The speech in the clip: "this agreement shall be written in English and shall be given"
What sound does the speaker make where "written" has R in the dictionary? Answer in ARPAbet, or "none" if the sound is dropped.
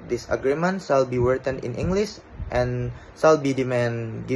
W